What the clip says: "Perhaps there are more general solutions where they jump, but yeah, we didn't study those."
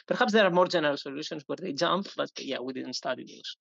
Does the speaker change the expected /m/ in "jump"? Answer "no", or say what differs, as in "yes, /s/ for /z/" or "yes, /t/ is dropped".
no